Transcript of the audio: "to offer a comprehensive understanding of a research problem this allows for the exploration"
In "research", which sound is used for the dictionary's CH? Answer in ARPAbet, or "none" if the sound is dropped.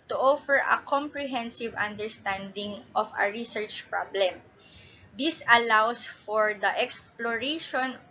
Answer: CH